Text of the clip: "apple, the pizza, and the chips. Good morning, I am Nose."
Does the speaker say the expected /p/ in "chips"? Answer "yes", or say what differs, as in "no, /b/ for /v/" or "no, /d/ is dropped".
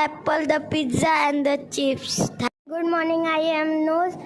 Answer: no, /f/ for /p/